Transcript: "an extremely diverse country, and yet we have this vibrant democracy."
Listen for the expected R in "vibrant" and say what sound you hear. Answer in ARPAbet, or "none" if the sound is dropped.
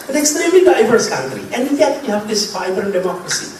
none